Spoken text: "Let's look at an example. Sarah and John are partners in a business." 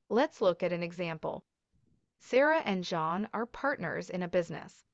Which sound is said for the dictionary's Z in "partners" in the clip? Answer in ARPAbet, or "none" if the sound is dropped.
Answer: Z